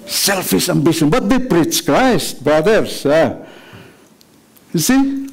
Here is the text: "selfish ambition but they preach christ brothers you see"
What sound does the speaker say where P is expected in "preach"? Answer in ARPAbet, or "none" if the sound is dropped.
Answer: P